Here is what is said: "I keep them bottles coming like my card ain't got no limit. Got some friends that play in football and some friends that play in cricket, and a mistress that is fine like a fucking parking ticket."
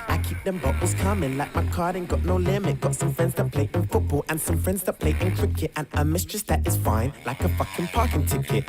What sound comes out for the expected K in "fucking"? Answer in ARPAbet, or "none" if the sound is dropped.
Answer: K